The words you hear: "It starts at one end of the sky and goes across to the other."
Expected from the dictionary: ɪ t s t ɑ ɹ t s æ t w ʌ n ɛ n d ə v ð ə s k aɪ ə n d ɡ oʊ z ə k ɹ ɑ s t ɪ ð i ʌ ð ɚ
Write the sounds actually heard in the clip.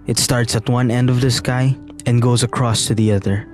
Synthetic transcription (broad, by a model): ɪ t s t ɑ ɹ t s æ t w ʌ n ɛ n d ə v ð ə s k aɪ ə n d ɡ oʊ z ə k ɹ ɑ s t ɪ ð i ʌ ð ɚ